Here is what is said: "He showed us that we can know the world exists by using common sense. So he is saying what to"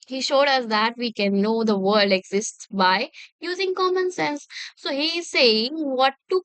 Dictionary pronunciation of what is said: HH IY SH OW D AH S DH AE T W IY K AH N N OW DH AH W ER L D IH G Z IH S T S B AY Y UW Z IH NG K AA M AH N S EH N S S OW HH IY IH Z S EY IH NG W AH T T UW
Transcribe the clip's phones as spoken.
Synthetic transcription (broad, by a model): HH IY SH OW D AH S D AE T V IY K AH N N OW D AH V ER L D IH G Z IH S T S B AY Y UW Z IH NG K AA M AH N S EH N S S OW HH IY IH Z S EY IH NG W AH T T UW